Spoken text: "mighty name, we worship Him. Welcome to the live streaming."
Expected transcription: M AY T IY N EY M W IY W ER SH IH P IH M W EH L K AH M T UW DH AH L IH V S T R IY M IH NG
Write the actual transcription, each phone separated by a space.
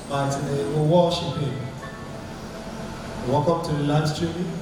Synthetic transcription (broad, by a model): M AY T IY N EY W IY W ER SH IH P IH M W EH K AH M T UW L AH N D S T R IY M